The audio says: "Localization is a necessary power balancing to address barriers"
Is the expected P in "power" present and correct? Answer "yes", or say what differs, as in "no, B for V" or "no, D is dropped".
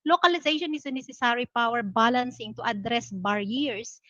yes